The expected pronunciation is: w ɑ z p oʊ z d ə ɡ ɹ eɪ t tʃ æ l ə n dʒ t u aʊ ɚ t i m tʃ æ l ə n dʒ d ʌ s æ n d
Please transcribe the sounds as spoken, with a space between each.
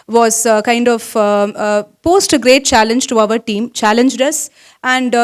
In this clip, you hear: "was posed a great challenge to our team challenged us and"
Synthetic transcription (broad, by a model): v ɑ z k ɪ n d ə ɡ ɹ eɪ t tʃ æ l ə n dʒ t u aʊ ɚ t i m tʃ æ l ə n dʒ d ʌ s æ n d